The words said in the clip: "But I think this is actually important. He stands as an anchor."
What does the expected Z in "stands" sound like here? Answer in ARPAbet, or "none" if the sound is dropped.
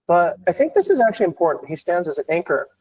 Z